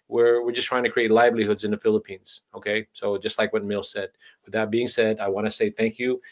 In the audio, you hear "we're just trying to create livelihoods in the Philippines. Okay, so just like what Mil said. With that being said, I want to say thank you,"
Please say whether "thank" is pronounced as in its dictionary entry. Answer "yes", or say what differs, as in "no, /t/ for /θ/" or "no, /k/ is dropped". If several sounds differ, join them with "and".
yes